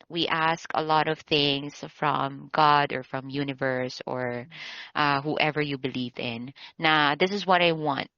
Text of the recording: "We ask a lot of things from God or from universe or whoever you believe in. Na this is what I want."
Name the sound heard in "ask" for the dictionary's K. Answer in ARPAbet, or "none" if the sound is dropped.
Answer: K